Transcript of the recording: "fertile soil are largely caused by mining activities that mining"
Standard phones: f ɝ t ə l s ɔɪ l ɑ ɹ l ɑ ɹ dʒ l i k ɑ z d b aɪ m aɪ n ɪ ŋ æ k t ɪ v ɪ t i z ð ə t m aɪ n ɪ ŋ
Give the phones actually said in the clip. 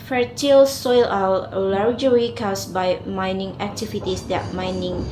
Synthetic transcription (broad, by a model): f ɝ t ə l s ɔɪ l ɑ l l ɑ ɹ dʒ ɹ i k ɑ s b aɪ m aɪ n ɪ ŋ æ k t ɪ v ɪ t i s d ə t m aɪ n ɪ ŋ